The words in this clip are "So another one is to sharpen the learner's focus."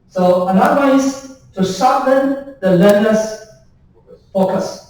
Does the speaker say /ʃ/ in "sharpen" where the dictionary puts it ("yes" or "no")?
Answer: no